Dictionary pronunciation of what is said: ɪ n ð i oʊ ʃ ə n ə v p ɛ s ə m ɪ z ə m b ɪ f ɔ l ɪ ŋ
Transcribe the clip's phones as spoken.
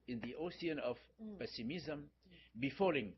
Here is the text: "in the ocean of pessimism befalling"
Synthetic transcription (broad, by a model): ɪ n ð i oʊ s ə n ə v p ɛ s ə m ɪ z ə m b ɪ f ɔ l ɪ ŋ